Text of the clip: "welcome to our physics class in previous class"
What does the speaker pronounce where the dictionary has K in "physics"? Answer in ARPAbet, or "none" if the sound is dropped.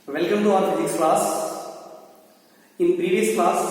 none